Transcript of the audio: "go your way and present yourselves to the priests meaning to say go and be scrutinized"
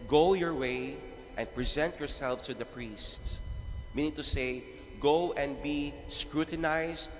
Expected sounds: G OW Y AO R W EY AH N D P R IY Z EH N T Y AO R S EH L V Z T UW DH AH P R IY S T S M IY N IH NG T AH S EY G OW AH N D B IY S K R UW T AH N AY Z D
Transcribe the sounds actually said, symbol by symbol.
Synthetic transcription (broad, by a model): G OW Y AO R W EY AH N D P R IY Z EH N T Y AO R S EH L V S T UW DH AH P R IY S T S M IY N IH NG T AH S EY G OW AH N D B IY S K R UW T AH N AY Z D